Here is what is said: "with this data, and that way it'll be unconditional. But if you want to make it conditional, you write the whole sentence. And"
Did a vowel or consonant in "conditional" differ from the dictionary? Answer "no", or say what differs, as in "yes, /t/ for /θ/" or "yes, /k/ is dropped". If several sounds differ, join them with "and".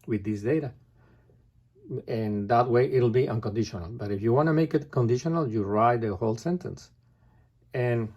no